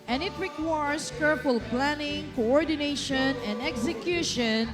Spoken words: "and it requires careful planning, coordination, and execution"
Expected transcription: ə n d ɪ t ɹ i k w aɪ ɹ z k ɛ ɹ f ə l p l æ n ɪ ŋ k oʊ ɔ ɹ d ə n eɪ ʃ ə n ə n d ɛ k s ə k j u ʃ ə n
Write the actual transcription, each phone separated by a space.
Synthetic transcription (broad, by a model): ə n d ɪ t ɹ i k w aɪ ɹ s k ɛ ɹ p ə l p l æ n ɪ ŋ k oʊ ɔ ɹ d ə n eɪ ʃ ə n ə n d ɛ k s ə k j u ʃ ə n